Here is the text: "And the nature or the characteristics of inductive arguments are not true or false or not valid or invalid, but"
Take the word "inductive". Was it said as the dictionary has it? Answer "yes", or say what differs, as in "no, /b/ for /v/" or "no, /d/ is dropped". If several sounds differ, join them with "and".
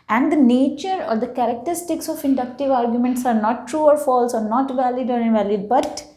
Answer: yes